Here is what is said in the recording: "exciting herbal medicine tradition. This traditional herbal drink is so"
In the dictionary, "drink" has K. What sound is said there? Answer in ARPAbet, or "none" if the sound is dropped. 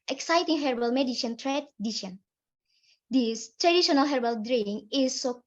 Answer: none